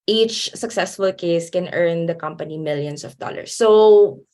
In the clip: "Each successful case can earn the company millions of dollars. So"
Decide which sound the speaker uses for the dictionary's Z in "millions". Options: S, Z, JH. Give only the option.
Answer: S